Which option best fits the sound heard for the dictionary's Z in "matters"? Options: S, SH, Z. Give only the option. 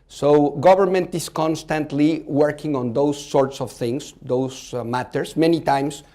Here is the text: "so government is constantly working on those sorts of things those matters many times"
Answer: S